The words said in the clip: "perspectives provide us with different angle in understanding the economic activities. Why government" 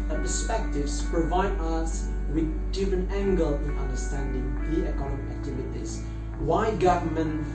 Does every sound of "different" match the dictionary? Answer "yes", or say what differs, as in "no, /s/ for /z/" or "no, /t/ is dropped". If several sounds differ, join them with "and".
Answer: no, /t/ is dropped